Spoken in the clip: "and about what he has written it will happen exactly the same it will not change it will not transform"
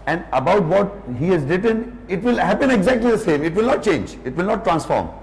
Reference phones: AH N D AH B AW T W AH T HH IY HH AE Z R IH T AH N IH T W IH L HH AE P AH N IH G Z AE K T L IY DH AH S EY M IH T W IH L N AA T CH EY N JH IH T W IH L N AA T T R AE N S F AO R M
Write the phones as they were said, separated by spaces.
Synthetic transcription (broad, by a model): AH N D AH B AW T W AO T HH IY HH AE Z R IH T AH N IH T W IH L HH AE P AH N IH G Z AE K T L IY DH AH S EY M IH T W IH L N AA T CH EY N JH IH T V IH L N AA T T R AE N S F AO R M